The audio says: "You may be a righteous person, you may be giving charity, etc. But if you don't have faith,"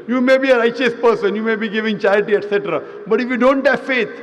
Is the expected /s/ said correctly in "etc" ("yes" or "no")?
yes